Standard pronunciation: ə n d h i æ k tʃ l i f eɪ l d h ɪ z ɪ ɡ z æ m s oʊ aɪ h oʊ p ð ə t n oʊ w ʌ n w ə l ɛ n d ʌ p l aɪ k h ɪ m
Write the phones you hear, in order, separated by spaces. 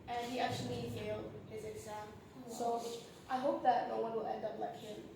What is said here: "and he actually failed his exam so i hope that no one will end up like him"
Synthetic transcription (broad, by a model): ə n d h i æ k tʃ l i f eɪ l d h ɪ z ɪ ɡ z æ m s oʊ aɪ h oʊ p ð ə t n oʊ w ʌ n w ə l ɛ n d ʌ p l aɪ k h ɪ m